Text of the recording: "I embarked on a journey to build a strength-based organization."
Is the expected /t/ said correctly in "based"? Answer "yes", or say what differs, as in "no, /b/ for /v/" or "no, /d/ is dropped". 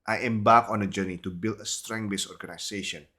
no, /t/ is dropped